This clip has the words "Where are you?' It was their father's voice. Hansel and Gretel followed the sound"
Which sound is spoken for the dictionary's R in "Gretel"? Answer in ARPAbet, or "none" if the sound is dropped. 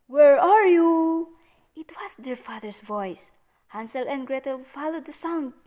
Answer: R